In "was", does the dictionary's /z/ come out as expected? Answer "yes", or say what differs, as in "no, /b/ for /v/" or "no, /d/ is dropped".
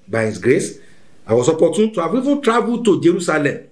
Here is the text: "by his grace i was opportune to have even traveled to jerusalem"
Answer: no, /s/ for /z/